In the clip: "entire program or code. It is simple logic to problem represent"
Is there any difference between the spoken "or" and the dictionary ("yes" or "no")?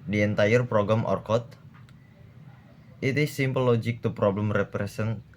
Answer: no